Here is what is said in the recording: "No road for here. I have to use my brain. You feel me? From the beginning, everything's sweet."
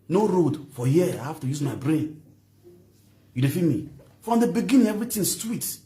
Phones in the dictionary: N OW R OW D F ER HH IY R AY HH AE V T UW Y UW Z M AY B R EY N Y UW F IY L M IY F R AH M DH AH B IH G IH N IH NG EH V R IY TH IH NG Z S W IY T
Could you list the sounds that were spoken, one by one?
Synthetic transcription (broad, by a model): N OW R OW D F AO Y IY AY HH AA F T UW Y UW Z M AY B R EY N Y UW F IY M IY F R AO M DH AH B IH G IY N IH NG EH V R IY T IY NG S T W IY T